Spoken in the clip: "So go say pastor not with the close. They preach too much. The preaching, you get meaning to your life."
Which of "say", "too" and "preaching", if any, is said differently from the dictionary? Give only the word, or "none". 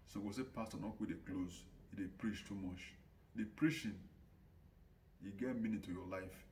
preaching